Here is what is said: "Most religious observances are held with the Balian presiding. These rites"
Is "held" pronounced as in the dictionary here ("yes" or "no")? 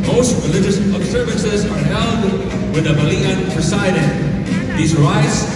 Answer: no